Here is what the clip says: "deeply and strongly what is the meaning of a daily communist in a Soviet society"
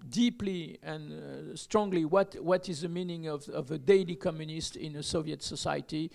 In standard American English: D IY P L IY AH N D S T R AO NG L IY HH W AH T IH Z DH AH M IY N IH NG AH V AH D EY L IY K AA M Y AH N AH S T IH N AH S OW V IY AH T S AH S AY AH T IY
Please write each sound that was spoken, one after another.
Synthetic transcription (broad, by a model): D IY P L IY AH N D S T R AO NG L IY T W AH T IH Z DH AH M IY N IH NG AH V AH D EY L IY K AA M Y AH N AH S T IH N AH S OW V IY AH T S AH S AY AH T IY